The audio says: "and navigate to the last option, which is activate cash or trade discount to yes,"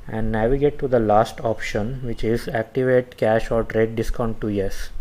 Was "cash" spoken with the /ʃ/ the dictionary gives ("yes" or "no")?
yes